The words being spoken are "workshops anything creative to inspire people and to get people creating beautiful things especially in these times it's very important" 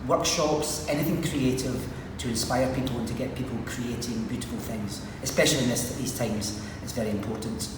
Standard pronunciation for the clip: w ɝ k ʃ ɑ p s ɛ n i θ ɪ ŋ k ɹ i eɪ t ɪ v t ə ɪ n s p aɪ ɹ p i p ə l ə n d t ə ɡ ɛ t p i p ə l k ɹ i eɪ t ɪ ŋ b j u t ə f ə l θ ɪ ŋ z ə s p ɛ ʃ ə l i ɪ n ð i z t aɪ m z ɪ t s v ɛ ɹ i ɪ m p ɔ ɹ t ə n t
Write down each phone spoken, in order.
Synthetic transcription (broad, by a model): w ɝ k ʃ ɑ p s ɛ n i θ ɪ ŋ k ɹ i eɪ t ɪ v t ə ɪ n s p aɪ ɹ p i p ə l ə n t ə ɡ ɛ t p i p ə l k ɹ i eɪ t ɪ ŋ b j u t ə f ə l θ ɪ ŋ z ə s p ɛ ʃ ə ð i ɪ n ð i z t aɪ m z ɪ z v ɛ ɹ i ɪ m p ɔ ɹ t n t